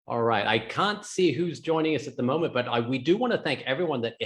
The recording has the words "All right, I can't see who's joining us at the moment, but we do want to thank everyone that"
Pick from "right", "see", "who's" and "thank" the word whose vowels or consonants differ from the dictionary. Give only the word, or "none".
none